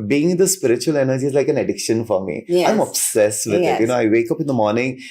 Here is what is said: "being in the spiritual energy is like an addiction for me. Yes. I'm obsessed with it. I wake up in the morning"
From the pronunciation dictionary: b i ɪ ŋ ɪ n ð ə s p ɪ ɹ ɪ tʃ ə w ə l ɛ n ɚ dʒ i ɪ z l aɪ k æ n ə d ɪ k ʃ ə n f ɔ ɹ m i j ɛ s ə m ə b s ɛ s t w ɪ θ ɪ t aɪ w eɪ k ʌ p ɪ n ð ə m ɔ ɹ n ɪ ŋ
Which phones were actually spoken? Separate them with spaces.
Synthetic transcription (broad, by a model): b i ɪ ŋ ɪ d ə s p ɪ ɹ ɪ tʃ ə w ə l ɛ n ɚ dʒ i ɪ z l aɪ k æ n ə d ɪ k ʃ ə n f ɔ ɹ m i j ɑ ə m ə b s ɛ s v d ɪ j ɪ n aɪ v eɪ k ʌ p ɪ n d ə m ɔ ɹ n ɪ ŋ